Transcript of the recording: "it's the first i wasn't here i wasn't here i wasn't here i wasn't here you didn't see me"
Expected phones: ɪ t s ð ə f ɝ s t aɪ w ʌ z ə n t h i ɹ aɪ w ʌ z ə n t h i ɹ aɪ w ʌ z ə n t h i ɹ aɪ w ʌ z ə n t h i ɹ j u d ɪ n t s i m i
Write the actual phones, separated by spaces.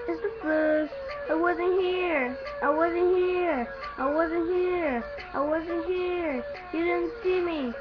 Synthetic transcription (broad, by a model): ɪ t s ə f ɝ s aɪ w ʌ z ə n h i ɹ aɪ w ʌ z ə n h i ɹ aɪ w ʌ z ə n h i ɹ aɪ w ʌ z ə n h i ɹ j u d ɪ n s i m i